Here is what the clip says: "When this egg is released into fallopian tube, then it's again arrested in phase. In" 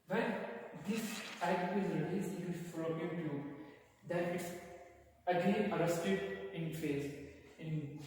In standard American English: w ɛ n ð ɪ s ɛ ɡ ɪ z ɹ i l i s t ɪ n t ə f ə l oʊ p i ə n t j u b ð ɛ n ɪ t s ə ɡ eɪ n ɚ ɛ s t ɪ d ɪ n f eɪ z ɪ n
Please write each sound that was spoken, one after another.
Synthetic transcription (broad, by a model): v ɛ n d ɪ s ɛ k ɪ z ɹ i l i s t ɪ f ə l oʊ i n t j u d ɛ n ɪ t s ə ɡ eɪ n ɚ ɛ s t ɪ d ɪ n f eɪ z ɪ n